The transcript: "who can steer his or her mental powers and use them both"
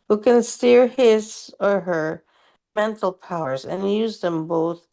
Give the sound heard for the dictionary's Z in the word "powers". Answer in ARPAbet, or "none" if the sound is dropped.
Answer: Z